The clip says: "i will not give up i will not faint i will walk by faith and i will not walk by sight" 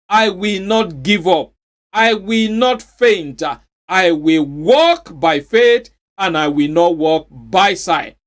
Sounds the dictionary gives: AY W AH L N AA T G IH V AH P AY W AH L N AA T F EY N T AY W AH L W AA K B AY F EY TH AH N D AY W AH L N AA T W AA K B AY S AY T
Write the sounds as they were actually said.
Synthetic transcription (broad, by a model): AY W AH L N AA T G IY V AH P AY W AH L N AA T F EY N T AY W AH L W AA K B AY F EY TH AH N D AY W AH L N AA T W AA K B AY S AY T